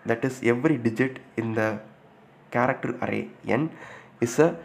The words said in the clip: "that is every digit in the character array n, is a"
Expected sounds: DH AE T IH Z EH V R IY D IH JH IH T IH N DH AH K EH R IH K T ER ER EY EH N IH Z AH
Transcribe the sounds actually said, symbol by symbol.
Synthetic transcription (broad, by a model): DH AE T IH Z EH V R IY D IH JH IH T IH N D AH K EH R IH K T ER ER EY EH N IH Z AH